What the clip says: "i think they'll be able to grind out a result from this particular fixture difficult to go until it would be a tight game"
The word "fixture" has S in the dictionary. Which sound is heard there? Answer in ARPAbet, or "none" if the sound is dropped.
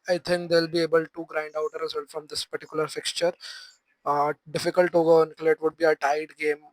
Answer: S